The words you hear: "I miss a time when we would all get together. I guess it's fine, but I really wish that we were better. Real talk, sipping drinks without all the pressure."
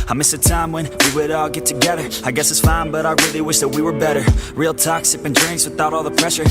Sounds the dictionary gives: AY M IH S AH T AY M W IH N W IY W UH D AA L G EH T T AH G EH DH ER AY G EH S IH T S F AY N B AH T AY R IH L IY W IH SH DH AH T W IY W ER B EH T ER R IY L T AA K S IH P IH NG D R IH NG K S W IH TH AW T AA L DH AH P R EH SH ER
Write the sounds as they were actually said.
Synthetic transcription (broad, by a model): AY M IH S AH T AY M W IH N W IY W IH D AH G EH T T AH G EH DH ER AY G EH S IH T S F AY N B AH T AY R IH L IY W IH SH DH AH T W IY W ER B EH T ER R IY L T AA K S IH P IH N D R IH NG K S W IH TH AW T AA L DH AH P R EH SH ER